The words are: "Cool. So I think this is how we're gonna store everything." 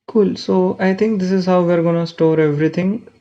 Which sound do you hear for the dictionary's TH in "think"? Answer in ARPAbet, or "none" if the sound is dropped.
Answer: T